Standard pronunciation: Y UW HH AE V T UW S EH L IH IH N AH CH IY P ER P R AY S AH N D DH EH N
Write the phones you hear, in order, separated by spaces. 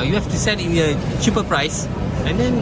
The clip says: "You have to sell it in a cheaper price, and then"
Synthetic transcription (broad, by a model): Y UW HH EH F T UW S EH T IH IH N AH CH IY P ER P R AY S AH N D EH N